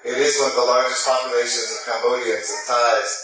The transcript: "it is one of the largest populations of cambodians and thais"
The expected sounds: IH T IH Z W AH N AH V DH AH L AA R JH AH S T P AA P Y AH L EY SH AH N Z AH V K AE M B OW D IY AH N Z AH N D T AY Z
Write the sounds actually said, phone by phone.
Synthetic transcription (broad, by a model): IH T IH Z W AH N DH AH L AA R JH AH S T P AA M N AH IH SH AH N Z AH V K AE M B OW D IY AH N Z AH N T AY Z